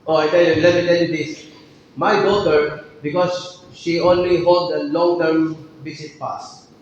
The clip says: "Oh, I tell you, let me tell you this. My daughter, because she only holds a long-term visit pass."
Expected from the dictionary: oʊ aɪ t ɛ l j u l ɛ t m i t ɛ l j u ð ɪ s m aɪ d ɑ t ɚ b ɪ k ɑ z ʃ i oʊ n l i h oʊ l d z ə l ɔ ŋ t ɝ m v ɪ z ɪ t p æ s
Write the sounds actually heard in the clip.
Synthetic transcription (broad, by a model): oʊ aɪ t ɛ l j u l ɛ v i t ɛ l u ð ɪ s m aɪ d ɑ t ɚ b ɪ k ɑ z ʃ i oʊ n l i h oʊ l d ə l ɔ ŋ t ɝ m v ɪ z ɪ t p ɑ s